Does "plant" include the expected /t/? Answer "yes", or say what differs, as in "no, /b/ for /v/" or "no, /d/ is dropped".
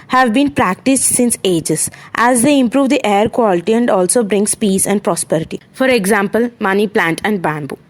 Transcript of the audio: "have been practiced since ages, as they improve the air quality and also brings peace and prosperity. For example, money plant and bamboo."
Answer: yes